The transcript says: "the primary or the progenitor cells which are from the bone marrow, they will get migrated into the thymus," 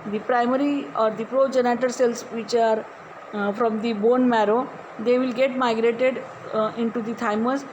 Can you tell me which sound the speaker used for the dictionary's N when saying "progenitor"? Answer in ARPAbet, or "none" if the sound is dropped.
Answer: N